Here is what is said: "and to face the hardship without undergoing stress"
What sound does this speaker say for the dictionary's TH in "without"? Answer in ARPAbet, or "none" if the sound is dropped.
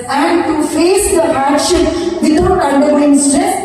T